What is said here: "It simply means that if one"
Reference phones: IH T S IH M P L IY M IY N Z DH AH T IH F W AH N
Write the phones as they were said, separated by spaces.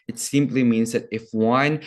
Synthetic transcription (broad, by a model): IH T S IH M P L IY M IY N Z DH AH T IH F W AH N